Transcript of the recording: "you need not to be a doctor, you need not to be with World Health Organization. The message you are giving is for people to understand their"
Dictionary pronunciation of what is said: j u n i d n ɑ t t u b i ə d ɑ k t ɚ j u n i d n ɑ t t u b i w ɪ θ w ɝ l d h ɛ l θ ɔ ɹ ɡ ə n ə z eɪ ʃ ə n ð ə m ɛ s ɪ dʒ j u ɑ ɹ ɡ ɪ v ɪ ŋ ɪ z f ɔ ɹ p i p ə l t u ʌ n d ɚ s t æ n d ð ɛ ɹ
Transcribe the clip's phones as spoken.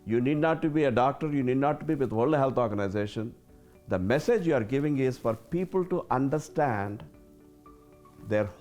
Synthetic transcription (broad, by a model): j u n i d n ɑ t t u b i ə d ɑ k t ɚ j u n i d n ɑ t t u b i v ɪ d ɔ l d h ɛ l t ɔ ɹ ɡ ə n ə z eɪ ʃ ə n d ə m ɛ s ɪ dʒ j u ɑ ɹ ɡ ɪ v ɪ ŋ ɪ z f ɔ ɹ p i p ə l t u ʌ n d ɚ s t æ n d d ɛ ɹ